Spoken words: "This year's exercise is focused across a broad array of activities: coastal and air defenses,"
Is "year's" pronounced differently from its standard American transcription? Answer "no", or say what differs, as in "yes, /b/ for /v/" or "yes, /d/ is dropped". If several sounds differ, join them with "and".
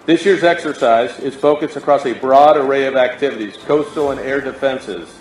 no